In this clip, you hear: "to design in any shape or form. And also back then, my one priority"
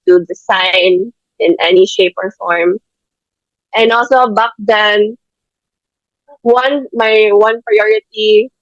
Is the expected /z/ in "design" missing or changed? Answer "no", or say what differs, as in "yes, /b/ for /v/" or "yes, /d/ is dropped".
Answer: yes, /s/ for /z/